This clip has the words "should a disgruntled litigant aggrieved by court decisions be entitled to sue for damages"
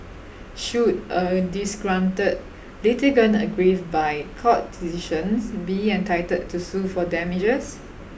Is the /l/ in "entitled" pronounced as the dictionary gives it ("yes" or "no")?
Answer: no